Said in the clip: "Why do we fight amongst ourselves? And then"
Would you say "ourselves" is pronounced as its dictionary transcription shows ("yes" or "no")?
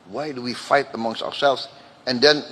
yes